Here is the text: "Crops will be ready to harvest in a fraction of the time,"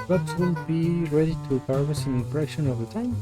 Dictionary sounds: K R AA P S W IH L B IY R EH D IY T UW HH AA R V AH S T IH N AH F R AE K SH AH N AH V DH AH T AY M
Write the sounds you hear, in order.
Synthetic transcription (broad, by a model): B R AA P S W IH L B IY R EH D IY T UW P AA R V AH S IH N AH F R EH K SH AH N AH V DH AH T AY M